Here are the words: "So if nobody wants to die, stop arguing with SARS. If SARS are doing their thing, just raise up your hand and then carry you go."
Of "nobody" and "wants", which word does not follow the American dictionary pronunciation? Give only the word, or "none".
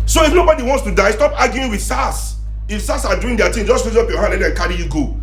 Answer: none